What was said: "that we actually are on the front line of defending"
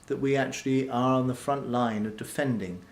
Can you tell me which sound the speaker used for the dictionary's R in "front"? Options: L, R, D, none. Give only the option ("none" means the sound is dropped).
R